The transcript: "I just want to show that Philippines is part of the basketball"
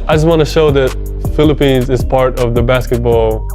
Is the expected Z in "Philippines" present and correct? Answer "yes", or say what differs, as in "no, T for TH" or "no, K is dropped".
yes